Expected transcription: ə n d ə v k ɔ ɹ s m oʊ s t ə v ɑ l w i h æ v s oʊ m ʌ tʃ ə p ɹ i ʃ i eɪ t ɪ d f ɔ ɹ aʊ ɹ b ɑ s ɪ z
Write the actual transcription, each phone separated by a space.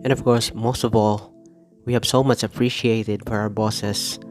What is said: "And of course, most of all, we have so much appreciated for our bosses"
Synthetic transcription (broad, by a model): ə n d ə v k ɔ ɹ s m oʊ s t ə v ɑ l w i h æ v s oʊ m ʌ tʃ ə p ɹ i ʃ i eɪ t ɪ d f ɔ ɹ aʊ ɹ b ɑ s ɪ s